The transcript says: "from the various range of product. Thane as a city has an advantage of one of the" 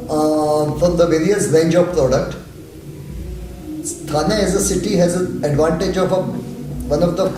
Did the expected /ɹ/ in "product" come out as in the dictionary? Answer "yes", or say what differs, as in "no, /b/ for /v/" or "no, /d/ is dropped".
yes